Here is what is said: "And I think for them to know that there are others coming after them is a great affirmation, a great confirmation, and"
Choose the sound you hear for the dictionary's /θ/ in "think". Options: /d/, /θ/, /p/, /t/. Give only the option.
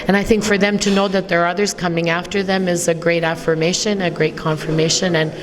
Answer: /θ/